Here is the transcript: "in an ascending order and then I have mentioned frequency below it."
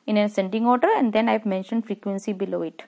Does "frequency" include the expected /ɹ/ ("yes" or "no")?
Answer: yes